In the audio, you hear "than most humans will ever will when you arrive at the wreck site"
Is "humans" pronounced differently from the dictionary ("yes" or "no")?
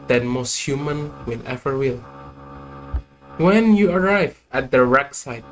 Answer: yes